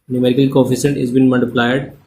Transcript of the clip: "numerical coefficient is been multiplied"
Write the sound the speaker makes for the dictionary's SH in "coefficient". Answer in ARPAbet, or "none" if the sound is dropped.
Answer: S